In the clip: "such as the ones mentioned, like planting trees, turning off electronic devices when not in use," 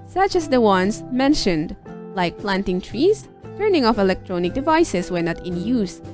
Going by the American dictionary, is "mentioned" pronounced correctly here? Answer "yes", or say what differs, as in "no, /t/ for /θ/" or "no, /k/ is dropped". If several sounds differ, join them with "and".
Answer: yes